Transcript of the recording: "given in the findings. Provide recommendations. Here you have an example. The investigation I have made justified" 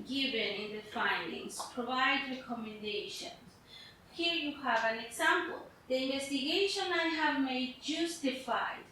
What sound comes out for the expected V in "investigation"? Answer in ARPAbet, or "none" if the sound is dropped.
V